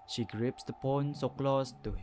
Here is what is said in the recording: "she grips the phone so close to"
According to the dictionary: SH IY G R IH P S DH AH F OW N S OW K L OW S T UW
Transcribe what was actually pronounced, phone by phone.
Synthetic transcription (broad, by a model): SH IY G R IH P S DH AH P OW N S OW K L OW S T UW